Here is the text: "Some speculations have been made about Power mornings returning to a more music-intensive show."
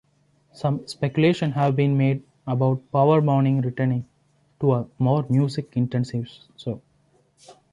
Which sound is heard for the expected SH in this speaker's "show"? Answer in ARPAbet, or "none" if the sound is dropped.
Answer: S